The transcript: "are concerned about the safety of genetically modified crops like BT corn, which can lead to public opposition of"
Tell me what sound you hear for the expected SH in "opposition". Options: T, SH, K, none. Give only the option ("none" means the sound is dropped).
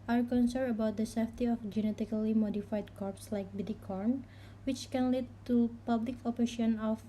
none